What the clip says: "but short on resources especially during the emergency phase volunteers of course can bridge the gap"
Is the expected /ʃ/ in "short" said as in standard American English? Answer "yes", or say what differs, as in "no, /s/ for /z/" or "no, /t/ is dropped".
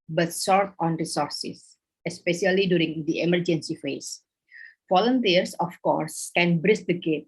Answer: no, /s/ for /ʃ/